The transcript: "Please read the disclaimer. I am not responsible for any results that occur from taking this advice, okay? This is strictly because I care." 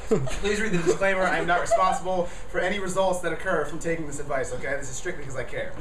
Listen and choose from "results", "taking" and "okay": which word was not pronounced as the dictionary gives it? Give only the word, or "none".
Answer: none